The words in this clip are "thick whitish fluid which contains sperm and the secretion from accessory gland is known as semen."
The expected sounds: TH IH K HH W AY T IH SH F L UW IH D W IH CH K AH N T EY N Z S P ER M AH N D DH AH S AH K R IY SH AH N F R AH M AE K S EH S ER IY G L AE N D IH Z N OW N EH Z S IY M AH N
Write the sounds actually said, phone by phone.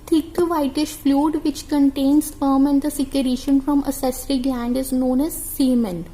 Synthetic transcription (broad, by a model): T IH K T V AY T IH SH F L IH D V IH CH K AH N T EY N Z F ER M AH N D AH S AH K R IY SH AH N F R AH M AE S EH S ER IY G L AE N D IH Z N OW N EH Z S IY M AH N